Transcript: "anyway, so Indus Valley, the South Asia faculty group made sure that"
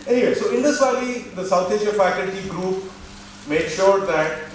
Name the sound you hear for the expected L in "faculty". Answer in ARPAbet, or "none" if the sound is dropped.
N